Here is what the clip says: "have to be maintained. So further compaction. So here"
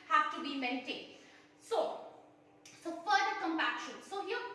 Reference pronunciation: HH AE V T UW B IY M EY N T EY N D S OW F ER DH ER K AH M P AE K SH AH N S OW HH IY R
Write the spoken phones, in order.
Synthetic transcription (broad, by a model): HH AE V T UW B IY M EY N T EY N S S OW F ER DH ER K AH M P AE K SH AH N S OW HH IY